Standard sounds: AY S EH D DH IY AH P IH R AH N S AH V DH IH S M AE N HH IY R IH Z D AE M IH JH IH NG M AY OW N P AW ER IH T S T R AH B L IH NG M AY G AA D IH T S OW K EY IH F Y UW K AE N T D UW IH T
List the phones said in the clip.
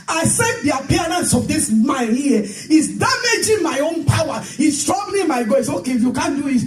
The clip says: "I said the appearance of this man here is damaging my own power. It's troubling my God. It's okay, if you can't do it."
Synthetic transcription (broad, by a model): AY S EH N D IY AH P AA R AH N S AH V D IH S M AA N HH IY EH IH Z D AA M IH JH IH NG M AY OW N P AW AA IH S T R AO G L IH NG M AY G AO IH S OW K EY IH F Y UW K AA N D UW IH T